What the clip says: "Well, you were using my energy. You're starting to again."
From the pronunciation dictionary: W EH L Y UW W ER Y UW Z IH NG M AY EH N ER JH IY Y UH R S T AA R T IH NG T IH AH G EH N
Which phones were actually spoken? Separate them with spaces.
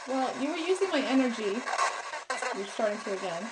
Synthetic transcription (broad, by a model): W EH L Y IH W ER Y UW Z IH NG M AY EH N ER JH IY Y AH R S T AA R T IH NG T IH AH G EH N